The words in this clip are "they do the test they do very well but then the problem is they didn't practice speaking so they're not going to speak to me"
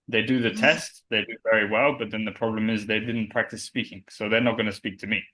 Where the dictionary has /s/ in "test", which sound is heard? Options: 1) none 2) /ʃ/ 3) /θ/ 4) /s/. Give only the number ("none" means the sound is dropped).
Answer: 4